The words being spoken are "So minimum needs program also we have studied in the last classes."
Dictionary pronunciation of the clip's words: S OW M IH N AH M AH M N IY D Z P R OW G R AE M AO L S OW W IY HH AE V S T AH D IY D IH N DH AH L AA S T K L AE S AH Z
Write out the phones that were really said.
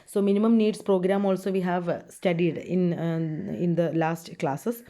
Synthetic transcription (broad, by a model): S OW M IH N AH M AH M N IY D S P R OW G R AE M AO L S OW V IY HH AE V S T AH D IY D IH N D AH L AA S T K L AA S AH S